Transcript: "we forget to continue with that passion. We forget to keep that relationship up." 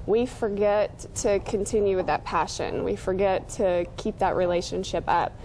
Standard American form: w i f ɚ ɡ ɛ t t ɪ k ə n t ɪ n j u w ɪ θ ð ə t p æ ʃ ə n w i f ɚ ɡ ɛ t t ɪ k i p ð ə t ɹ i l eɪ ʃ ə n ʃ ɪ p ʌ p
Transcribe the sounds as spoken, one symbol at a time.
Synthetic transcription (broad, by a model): w i f ɚ ɡ ɛ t t ɪ k ə n t ɪ n j u w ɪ ð ə t p æ ʃ ə n w i f ɚ ɡ ɛ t t ɪ k i p ð ə t ɹ i l eɪ ʃ ə n ʃ ɪ p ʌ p